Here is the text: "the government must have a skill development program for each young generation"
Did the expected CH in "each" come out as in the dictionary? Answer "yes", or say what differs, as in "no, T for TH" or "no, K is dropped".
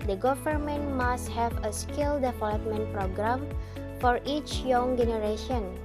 yes